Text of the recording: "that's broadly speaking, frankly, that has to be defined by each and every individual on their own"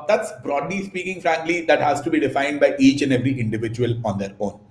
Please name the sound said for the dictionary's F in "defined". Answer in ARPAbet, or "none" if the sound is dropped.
F